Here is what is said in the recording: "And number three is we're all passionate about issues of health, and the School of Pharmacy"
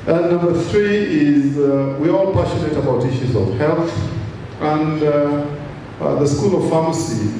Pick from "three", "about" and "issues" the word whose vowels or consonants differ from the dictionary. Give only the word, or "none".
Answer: none